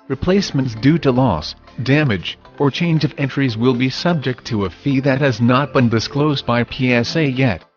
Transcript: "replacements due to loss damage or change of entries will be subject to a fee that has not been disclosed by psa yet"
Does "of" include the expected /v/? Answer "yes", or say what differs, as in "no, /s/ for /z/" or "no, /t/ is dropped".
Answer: yes